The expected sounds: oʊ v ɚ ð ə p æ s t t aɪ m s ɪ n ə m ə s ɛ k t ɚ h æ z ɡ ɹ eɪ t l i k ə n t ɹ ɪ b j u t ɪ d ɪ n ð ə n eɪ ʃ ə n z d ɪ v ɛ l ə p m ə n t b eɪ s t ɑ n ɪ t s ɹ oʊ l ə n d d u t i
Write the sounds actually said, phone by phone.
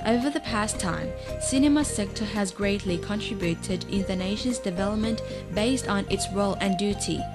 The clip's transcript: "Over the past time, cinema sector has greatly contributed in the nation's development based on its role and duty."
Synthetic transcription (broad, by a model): oʊ v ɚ ð ə p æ s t t aɪ m s ɪ n ə m ə s ɛ k t ɚ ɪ z ɡ ɹ eɪ t l i k ə n t ɹ ɪ b j u t ɪ d ɪ n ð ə n eɪ ʃ ə n z d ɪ v ɛ l ə p m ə n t b eɪ s t n ɪ t s ɹ oʊ l ə n d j u t i